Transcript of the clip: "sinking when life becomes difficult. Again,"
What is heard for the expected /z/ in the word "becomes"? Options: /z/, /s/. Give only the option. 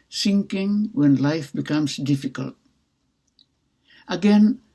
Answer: /s/